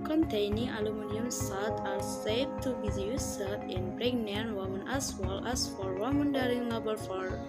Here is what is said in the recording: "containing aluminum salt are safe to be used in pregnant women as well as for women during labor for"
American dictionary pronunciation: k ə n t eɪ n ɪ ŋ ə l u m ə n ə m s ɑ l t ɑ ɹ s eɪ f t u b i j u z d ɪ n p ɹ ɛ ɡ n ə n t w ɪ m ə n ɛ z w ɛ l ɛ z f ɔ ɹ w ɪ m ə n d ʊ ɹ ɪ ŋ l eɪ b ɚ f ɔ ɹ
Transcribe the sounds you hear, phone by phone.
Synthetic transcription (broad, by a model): k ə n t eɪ n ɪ ŋ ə l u m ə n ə m s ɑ t ɑ ɹ s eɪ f t u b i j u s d ɪ n b ɹ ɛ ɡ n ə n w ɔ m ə n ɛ s w ɛ l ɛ s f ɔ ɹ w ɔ m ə n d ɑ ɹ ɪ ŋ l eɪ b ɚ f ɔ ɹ